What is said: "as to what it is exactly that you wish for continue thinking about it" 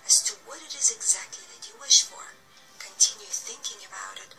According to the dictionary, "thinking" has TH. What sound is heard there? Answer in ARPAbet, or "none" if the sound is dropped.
TH